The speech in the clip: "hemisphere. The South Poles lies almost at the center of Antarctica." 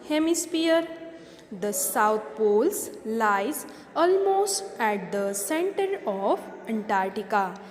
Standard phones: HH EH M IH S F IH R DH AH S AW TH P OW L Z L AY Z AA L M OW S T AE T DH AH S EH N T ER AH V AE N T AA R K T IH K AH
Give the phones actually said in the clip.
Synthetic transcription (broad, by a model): HH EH M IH S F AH R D AH S AW T P OW L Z L AY Z AA L M OW S T AE T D AH S EH N T ER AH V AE N T AA R T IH K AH